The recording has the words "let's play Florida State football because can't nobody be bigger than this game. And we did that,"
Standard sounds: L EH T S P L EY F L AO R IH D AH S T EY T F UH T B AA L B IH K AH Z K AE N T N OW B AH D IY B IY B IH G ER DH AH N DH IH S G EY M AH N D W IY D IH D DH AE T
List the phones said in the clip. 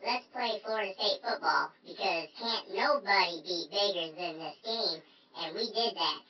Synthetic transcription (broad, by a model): L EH T S P L EY F AH R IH S T EY T F UH T B AA L B IH K AH Z K AE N N OW B AH D IY B IY B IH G ER DH AH N DH IH S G EY M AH N W IY D IH D DH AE T